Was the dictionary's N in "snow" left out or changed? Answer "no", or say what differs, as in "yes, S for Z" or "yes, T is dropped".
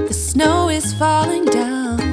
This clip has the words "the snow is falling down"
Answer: no